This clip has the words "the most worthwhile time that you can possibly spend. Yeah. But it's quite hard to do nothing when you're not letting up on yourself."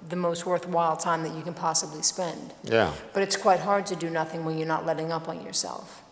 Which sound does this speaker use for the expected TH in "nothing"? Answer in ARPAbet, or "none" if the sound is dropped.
TH